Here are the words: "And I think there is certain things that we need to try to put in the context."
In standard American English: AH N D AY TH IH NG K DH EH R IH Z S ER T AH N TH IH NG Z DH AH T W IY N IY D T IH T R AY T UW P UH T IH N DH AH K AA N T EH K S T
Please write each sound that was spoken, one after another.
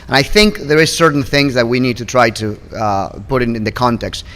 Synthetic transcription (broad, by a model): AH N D AY TH IH NG K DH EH R IH Z S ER T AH N TH IH NG Z DH AH T W IY N IY D T IH T R AY T UW P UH T IH N DH AH K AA N T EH K S T